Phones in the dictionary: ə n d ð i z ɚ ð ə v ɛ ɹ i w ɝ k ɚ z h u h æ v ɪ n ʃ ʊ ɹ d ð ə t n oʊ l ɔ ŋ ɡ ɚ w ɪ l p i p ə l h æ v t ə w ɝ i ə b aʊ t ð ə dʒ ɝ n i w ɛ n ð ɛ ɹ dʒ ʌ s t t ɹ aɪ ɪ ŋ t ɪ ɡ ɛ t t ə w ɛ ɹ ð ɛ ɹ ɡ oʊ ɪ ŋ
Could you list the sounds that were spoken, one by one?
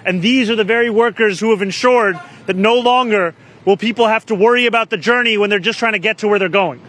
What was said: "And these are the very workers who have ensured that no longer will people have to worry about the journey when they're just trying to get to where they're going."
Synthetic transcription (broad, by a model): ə n ð i z ɚ ð ə v ɛ ɹ i w ɝ k ɚ z h u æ v ɪ n ʃ ʊ ɹ d ð ə t n oʊ l ɔ ŋ ɡ ɚ w ɪ l p i p l h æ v t ə w ɝ i ə b aʊ t ð ə dʒ ɝ n i w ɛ n ð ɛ ɹ dʒ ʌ s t t ɹ aɪ ɪ ŋ t ɪ ɡ ɛ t t ə w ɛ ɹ ð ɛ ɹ ɡ oʊ ɪ ŋ